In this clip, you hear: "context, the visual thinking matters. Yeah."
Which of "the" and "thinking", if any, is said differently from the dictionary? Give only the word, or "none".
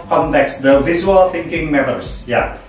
none